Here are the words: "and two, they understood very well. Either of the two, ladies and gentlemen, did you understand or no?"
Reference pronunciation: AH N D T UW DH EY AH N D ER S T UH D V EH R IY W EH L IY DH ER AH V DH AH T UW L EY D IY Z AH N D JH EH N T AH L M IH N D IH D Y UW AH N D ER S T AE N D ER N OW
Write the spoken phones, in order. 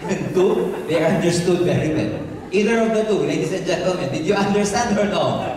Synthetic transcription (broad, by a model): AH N T UW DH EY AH N D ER S T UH D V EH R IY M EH N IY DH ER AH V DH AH T UW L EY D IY S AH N JH EH N T AH L M IH N D IH D Y UW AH N D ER S T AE N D ER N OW